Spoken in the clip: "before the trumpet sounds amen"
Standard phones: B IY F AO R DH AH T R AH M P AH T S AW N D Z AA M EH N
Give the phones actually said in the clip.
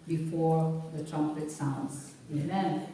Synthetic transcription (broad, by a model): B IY F AO R DH AH T R AH M P AH T S AW N D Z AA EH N